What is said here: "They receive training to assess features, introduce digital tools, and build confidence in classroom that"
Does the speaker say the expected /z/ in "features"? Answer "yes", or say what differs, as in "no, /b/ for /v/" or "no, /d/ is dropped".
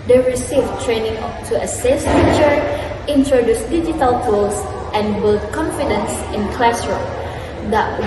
no, /z/ is dropped